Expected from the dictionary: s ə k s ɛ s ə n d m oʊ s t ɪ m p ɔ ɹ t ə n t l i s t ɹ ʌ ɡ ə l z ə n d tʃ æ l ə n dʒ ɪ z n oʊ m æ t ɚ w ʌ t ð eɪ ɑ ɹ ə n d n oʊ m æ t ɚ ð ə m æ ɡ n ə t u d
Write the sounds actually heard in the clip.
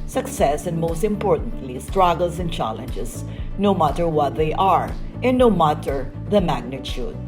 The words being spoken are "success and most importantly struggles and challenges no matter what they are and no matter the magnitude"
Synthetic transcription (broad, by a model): s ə k s ɛ s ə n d m oʊ s t ɪ m p ɔ ɹ t ə n t l i s t ɹ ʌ ɡ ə l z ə n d tʃ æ l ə n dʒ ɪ s n oʊ m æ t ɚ w ʌ t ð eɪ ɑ ɹ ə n n oʊ m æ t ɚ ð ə m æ ɡ n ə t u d